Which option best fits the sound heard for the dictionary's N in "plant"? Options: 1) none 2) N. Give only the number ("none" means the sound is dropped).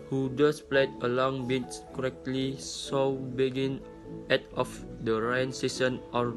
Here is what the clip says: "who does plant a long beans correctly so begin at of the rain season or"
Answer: 1